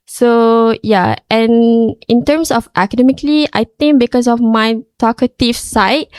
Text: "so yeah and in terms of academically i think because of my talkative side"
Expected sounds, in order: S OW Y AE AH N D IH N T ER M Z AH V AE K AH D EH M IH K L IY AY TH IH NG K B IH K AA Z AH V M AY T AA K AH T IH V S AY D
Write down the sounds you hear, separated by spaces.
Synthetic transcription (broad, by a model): S OW Y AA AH N IH N T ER M S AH F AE K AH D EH M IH K L IY AY T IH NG B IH K AA S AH F M AY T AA K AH T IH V S AY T